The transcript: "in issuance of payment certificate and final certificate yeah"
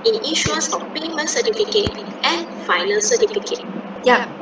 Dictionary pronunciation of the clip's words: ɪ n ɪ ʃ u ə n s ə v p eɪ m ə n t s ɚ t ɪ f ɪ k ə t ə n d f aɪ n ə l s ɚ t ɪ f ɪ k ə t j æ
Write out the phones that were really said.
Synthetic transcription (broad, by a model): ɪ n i ʃ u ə s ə f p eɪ m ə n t s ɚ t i f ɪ k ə t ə n f aɪ n ə l s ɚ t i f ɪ k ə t j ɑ